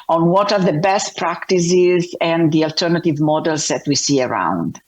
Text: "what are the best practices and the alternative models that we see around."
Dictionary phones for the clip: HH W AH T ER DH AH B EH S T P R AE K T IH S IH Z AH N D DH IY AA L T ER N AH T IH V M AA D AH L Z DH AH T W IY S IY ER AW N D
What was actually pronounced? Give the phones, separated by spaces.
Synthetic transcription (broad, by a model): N W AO T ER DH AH B EH S T P R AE K T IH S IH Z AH N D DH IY AA L T ER N AH T IH V M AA D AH L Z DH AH T W IY S IY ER AW N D